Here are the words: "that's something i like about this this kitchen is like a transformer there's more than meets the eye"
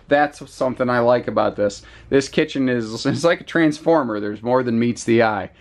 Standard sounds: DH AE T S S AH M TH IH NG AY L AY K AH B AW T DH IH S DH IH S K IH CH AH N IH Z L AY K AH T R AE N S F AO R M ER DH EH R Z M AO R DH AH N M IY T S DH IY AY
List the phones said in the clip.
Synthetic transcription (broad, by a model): DH AE T S S AH M TH IH NG AY L AY K AH B AW T DH IH S DH IH S K IH CH AH N IH Z L AY K AH T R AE N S F AO R M ER DH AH R Z M AO R DH AH N M IY T S DH IY AY